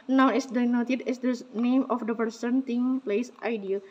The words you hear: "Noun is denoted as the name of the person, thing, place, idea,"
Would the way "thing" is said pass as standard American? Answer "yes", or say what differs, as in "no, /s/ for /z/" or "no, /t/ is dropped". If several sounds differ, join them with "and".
no, /t/ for /θ/